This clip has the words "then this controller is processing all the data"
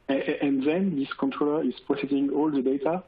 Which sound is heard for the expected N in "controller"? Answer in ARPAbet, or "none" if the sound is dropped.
N